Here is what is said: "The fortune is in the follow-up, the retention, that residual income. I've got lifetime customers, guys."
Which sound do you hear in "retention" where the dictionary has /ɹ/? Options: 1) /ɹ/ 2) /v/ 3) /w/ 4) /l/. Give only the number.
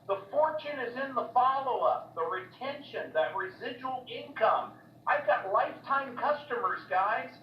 1